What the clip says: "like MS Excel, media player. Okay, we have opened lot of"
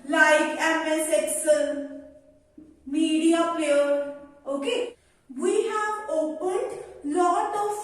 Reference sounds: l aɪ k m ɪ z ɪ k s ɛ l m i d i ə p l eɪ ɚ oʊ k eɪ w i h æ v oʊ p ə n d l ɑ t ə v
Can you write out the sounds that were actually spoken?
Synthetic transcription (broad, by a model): l aɪ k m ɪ s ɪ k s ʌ n m i d i ə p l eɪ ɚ oʊ k eɪ w i h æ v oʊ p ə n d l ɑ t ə